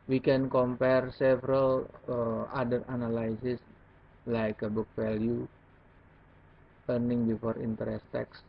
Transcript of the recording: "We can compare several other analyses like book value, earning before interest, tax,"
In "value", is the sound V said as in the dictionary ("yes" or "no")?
no